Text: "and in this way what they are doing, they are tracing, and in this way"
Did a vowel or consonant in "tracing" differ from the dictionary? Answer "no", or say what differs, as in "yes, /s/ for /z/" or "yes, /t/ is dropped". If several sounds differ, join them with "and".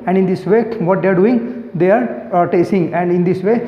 yes, /ɹ/ is dropped